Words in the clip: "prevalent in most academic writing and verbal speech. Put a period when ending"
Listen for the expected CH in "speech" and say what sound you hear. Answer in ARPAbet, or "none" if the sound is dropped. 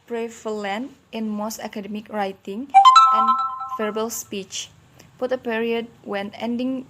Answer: CH